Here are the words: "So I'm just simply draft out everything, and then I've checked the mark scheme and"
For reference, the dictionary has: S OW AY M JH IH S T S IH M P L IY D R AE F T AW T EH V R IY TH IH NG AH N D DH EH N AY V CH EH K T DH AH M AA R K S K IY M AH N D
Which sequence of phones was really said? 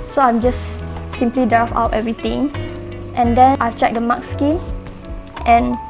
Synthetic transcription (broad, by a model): S OW AY M JH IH S S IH M P L IY D R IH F AW T EH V R IY T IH NG AH N D EH N AY CH EH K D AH M AA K S K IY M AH N